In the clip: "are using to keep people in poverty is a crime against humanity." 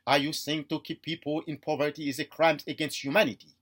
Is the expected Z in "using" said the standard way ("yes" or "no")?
no